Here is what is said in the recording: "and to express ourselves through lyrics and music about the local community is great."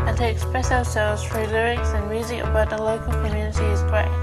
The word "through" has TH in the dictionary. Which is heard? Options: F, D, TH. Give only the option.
F